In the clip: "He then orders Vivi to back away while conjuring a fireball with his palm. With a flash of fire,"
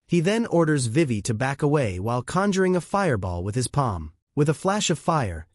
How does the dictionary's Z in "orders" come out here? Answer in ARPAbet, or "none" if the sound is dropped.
Z